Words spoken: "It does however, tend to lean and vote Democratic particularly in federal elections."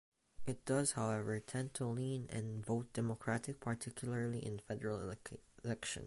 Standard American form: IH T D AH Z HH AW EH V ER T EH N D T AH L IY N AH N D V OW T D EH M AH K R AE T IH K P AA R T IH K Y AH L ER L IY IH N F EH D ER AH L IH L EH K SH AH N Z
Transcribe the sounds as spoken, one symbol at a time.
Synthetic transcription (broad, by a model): IH T D AH Z HH AW EH V ER T EH N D T AH L IY N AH N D V OW T D EH M AH K R AE T IH K P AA R T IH K Y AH L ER L IY IH N F EH D ER AH L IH L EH K SH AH N